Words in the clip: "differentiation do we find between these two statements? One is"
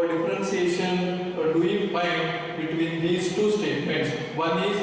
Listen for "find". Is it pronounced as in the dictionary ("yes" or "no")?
no